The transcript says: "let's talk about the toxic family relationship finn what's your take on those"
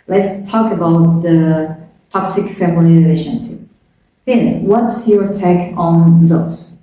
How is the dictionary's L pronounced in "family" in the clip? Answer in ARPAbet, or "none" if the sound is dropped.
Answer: none